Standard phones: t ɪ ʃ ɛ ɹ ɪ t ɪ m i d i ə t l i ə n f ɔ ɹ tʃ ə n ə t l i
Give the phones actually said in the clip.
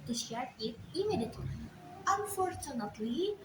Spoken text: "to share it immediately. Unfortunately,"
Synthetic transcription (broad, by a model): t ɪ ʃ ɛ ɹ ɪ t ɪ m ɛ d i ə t i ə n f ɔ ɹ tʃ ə n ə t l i